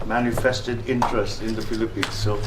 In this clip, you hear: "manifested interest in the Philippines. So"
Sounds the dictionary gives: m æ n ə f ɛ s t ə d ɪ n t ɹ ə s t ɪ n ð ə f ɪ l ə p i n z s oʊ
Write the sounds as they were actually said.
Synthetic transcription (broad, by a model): m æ n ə f ɛ s t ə d ɪ n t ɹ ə s t ɪ n ð ə p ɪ l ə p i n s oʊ